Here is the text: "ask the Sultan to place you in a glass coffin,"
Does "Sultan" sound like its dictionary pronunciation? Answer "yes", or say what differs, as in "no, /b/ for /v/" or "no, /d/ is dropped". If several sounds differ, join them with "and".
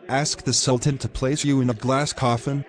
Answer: yes